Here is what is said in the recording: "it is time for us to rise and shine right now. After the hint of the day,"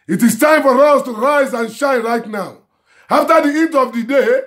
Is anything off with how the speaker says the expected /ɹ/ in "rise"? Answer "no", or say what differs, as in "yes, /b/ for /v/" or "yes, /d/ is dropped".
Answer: no